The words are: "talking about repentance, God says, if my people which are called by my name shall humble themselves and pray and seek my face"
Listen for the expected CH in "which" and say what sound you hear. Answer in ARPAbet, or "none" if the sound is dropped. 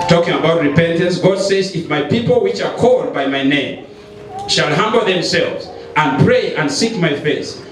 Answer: CH